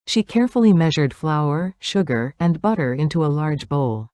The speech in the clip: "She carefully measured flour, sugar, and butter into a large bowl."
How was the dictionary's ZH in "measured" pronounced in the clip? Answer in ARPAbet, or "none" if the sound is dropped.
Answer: ZH